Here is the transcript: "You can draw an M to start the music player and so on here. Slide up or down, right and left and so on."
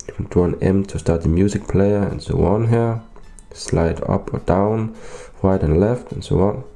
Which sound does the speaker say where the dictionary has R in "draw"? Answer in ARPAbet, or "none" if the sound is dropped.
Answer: none